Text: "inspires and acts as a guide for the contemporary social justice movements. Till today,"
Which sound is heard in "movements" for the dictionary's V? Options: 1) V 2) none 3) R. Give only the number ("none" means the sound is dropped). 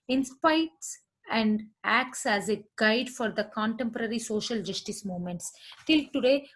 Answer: 2